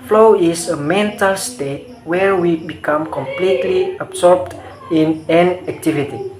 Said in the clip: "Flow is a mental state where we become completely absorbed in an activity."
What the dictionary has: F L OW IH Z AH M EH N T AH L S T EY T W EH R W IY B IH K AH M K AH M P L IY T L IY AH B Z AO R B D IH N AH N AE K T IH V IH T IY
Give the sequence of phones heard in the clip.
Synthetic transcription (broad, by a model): F L OW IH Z AH M EH N T AH L S T EY T W EH R W IY B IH K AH M K AH M P L IY T L IY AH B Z AO R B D IH N AH N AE K T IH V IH T IY